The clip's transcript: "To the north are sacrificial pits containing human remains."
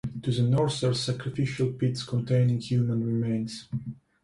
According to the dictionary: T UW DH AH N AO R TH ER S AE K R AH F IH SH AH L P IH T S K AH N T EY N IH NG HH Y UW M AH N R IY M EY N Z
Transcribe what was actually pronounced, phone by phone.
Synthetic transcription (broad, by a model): T UW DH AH N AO R S ER S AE K R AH F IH SH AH L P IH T S K AH N T EY N IH NG HH Y UW M AH N R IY M EY N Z